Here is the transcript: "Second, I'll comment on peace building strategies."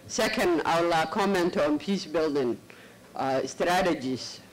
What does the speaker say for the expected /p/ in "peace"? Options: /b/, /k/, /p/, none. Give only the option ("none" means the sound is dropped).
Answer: /p/